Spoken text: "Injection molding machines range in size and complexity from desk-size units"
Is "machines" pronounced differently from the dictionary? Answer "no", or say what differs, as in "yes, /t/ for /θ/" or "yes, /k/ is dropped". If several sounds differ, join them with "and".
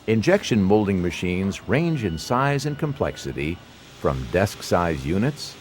no